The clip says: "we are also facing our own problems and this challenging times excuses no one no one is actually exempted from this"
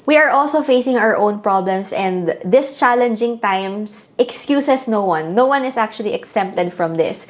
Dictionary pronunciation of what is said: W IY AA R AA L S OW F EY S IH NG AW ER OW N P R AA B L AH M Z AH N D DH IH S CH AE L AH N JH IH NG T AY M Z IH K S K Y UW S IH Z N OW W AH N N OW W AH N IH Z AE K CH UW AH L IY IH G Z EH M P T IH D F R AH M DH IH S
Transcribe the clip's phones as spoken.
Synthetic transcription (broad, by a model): W IY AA R AA L S OW F EY S IH NG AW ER OW N P R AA B L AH M S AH N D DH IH S CH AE L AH N JH IH NG T AY M S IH K S K Y UW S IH S N OW W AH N N OW W AH N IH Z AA K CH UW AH L IY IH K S EH M P T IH D F R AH M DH IH S